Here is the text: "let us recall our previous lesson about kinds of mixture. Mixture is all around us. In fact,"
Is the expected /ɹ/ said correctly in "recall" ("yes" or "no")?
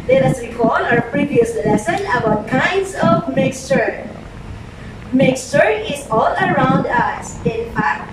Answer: no